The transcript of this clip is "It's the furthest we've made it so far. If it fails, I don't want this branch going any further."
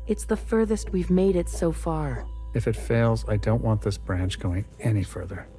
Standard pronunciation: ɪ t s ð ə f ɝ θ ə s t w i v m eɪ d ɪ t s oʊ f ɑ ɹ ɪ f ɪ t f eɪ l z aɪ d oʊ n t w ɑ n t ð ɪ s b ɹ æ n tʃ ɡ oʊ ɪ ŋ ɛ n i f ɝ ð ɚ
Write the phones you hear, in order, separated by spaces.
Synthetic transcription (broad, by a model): ɪ t s ð ə f ɝ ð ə s t w i v m eɪ d ɪ t s oʊ f ɑ ɹ ɪ f ɪ t f eɪ l z aɪ d oʊ n t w ɑ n ð ɪ s b ɹ æ n tʃ ɡ oʊ ɪ ŋ ɛ n i f ɝ ð ɚ